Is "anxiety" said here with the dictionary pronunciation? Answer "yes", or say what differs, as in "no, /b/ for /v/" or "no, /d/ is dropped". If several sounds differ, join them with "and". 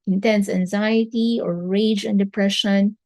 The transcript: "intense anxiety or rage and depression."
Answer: yes